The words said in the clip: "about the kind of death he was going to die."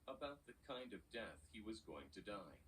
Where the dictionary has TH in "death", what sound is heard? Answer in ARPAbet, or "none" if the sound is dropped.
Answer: TH